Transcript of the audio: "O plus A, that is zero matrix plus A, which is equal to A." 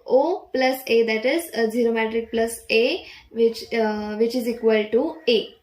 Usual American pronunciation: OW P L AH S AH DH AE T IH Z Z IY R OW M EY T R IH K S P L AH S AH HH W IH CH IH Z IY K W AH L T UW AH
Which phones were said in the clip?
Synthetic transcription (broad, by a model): OW P L AH S AH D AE T IH Z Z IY R OW M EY T R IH K P L AH S AH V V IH CH IH Z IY K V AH L T UW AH